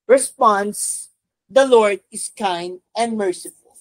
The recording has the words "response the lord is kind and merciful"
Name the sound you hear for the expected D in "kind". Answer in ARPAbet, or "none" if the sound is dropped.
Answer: D